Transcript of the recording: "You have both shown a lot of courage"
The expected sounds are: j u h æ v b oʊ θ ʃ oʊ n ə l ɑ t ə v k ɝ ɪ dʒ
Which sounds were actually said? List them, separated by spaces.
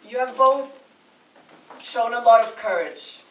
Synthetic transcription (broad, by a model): j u v b oʊ θ ʃ oʊ n ə l ɑ t ə v k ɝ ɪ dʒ